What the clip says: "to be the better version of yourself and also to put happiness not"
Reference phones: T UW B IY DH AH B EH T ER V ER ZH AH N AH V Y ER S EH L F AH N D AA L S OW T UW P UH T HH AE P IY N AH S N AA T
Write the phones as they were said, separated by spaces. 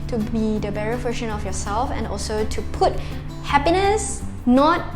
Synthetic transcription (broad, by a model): T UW B IY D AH B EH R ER F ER SH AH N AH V Y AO S EH L F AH N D AA L S OW T UW P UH T HH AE P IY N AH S N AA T